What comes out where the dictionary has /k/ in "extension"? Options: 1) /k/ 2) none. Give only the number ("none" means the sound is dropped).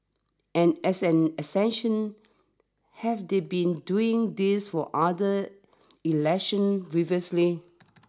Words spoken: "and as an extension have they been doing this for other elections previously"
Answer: 2